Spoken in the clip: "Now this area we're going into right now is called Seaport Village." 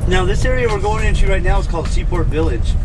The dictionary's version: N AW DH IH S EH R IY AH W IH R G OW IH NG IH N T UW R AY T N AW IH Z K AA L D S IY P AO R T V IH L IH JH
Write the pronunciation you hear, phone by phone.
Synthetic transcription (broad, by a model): N AW DH IH S EH R IY AH W IH R G OW IH NG IH N T UW R AY T N AW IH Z K AA L D S IY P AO R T V IH L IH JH